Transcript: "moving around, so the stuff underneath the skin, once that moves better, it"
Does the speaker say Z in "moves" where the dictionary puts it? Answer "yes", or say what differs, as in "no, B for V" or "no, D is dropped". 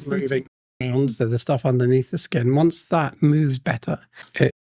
yes